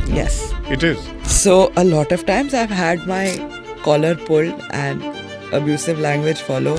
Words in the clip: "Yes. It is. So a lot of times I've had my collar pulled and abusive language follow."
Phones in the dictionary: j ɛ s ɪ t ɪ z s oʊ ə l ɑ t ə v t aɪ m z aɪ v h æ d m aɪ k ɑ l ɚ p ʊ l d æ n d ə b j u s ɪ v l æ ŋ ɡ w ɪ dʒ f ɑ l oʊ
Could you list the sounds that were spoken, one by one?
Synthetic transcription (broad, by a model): j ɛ s ɪ t ɪ z s oʊ ə l ɑ t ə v t aɪ m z aɪ v h æ d m aɪ k ɑ l ɚ p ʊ l æ n d ə b j u s ɪ v l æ ŋ ɡ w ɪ dʒ f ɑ l oʊ